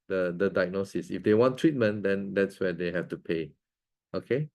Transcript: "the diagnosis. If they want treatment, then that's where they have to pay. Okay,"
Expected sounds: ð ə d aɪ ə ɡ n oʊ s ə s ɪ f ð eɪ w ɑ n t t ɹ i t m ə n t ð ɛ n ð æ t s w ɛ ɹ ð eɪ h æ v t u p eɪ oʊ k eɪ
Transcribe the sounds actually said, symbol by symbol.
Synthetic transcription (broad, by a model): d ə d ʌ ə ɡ n oʊ s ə s ɪ f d eɪ w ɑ n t t ɹ i t m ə n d ɛ n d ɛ t s w ɛ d eɪ h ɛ f t u p eɪ oʊ k eɪ